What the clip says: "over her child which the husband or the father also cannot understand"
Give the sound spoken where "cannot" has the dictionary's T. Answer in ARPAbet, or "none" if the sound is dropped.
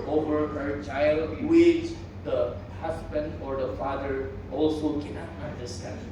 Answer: none